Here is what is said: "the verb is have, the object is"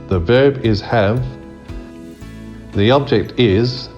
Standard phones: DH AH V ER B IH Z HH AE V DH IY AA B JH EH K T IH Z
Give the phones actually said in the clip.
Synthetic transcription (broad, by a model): DH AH V ER B IH Z HH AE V DH IY AA B JH EH K T IH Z